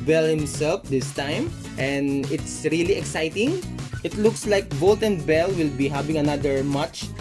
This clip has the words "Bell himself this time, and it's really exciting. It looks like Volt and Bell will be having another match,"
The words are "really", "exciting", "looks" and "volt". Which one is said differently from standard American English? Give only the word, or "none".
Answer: volt